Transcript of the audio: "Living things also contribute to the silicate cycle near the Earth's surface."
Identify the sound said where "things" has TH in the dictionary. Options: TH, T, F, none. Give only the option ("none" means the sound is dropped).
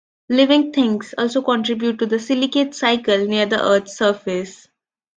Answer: T